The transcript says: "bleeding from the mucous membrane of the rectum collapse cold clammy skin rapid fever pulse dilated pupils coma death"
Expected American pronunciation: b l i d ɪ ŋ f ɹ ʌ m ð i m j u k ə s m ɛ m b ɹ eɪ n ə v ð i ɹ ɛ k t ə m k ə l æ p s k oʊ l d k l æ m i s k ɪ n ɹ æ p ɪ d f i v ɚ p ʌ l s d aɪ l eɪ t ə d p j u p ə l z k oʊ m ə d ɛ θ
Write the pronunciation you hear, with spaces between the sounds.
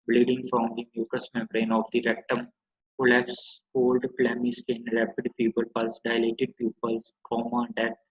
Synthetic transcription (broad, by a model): b l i d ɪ ŋ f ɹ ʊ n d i m j u k ə s m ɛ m ɹ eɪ n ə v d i ɹ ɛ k t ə m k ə l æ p s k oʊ l d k l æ m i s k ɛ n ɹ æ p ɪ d p i p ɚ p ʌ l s d aɪ l eɪ t ə d p j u p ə l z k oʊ m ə d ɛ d